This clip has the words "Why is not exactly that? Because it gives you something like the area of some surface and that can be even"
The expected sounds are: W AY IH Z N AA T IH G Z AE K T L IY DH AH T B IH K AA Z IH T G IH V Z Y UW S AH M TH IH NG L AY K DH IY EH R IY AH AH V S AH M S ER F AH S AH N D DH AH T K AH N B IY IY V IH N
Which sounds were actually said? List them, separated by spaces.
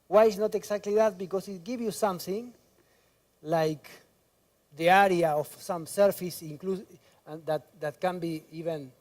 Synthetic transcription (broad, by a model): W AY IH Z N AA T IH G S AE K T L IY DH AH T B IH K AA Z IH T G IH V Y UW S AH M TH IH NG L AY K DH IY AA R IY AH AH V S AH M S ER F AH S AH L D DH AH T K AH N B IY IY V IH N